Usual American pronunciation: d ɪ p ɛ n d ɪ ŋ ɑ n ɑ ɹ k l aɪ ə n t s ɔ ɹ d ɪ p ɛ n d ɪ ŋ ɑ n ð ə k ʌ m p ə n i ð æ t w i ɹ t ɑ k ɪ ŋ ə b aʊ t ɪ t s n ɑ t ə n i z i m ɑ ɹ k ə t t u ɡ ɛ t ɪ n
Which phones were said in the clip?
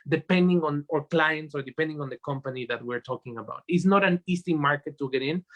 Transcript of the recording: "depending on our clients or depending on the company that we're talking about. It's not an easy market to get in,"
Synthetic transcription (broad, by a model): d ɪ p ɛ n d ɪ ŋ ɑ n ɑ ɹ k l aɪ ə n t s ɔ ɹ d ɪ p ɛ n d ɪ ŋ ɑ n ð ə k ʌ m p ə n i ð æ t w i ɹ t ɑ k ɪ ŋ ə b aʊ t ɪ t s n ɑ t ə n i s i m ɑ ɹ k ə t t u ɡ ɛ t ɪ n